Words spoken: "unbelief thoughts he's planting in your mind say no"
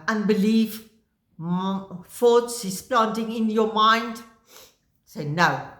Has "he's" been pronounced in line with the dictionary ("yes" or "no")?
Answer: no